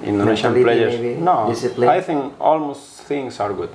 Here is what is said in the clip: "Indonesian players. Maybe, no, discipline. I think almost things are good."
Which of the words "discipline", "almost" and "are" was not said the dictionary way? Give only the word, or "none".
discipline